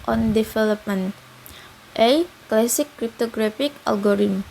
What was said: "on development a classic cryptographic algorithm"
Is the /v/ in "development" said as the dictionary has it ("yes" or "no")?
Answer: no